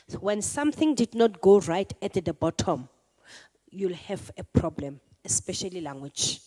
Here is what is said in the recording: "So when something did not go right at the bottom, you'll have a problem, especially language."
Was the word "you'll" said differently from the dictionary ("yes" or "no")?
no